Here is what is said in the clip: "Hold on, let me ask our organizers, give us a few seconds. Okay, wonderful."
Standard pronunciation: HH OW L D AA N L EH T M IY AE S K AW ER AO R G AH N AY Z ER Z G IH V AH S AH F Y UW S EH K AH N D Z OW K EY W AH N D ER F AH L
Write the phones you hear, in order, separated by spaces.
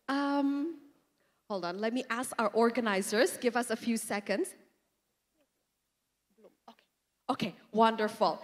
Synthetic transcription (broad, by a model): HH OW L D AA N L EH T M IY AE S K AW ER AO R G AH N AY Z ER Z G IH V AH S AH F Y UW S EH K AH N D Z OW K EY W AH N D ER F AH L